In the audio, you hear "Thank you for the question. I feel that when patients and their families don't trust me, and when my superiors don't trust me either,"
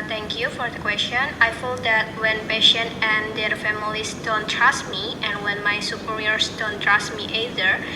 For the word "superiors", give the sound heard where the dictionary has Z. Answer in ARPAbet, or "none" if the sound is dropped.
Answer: S